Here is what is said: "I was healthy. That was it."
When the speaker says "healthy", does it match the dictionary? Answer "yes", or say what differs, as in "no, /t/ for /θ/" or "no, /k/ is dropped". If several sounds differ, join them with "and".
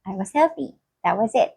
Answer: no, /f/ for /θ/